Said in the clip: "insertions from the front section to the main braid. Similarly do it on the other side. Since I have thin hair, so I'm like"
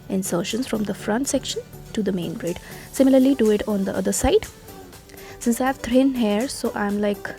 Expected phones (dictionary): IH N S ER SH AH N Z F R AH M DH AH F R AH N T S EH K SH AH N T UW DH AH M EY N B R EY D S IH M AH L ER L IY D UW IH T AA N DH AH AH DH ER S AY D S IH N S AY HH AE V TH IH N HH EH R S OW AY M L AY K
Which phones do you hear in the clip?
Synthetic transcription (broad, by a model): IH N S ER SH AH N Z F R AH M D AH F R AH N T S EH K SH AH N T UW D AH M EY N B R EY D S IH M AH L ER L IY D UW IH T AA N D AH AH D ER S AY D S IH N S AY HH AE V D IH N HH EH R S OW AY M L AY K